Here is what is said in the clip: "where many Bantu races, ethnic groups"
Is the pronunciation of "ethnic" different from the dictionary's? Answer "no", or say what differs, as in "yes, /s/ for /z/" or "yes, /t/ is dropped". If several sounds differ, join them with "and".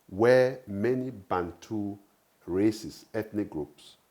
yes, /t/ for /θ/